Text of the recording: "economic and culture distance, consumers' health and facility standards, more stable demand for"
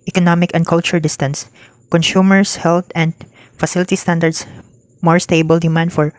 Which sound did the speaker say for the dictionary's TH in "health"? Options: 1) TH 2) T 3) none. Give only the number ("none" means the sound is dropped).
2